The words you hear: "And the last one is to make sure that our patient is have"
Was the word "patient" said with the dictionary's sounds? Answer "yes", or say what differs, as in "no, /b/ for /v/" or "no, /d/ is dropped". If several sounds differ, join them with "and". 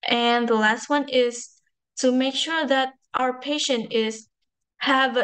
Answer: yes